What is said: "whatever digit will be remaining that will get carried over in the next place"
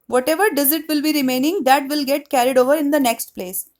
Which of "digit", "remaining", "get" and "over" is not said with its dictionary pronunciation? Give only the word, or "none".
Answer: digit